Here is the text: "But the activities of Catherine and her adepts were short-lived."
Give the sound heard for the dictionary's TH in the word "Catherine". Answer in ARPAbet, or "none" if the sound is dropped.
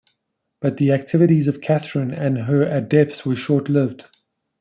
TH